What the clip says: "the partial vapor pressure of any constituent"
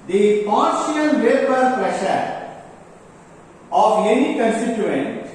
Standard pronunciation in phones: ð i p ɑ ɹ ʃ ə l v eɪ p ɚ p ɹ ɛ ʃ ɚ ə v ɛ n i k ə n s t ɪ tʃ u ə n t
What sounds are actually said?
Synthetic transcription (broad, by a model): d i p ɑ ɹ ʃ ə n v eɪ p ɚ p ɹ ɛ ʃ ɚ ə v ɛ n i k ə n s t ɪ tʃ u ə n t